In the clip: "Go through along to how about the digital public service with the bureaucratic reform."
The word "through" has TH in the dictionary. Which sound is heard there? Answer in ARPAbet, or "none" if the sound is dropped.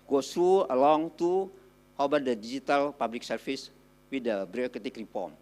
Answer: T